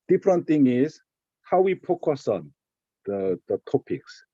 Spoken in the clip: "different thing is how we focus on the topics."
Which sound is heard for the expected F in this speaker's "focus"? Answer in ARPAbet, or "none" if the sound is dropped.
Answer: P